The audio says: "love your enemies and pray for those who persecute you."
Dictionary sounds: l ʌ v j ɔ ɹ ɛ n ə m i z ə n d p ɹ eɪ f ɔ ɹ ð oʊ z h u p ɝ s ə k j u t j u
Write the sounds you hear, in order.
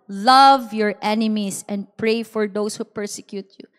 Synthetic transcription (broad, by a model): l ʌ v j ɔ ɹ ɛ n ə m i s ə n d p ɹ eɪ f ɔ ɹ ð oʊ s h u p ɝ s ə k j u t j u